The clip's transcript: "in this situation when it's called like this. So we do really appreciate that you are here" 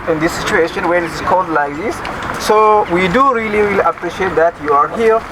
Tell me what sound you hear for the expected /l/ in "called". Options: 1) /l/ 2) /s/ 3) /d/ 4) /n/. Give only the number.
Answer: 4